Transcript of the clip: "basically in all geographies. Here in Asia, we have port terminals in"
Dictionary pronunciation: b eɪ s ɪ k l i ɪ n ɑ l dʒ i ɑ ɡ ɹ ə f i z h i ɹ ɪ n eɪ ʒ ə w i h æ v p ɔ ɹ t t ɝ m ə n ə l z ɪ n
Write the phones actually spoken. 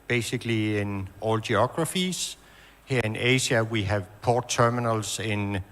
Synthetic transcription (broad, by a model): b eɪ s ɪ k l i ɪ n ɑ l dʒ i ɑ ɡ ɹ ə f i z h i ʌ ɪ n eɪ ʃ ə w i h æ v p ɔ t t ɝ m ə n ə l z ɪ n